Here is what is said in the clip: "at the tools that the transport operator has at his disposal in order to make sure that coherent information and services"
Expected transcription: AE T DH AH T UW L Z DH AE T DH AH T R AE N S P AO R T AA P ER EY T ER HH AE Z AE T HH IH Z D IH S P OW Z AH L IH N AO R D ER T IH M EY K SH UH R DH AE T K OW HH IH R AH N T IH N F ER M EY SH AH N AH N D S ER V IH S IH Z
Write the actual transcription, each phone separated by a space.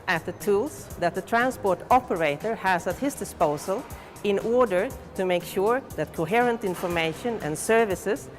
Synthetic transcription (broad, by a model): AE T DH AH T UW L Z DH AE T DH AH T R AE N S P AO R T AA P ER EY T ER HH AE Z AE T HH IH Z D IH S P OW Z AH L IH N AO R D ER T IH M EY K SH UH R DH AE T K OW HH IH R AH N T IH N F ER M EY SH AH N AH N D S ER V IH S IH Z